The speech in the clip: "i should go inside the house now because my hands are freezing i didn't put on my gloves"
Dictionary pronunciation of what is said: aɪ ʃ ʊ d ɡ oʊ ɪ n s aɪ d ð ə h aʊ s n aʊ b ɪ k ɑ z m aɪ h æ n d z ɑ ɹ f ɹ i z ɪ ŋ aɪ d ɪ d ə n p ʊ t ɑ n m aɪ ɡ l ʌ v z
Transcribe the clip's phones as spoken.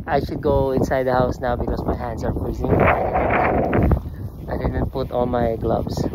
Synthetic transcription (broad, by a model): aɪ ʃ ʊ d ɡ oʊ ɪ n s aɪ d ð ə h aʊ s n aʊ b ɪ k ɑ s m aɪ h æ n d s ɑ ɹ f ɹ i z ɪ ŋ aɪ d ɪ d ə n p ʊ t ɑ l m aɪ ɡ l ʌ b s